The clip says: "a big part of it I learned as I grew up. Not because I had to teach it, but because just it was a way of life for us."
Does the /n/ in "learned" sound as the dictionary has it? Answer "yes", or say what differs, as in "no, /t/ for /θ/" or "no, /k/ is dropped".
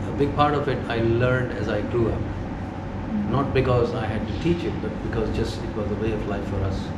yes